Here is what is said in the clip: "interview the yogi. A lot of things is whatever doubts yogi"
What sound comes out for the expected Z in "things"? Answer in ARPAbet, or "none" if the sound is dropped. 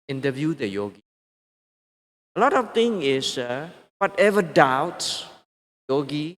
none